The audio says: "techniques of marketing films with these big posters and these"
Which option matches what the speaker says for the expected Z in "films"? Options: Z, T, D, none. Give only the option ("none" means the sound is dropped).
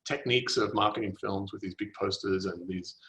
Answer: Z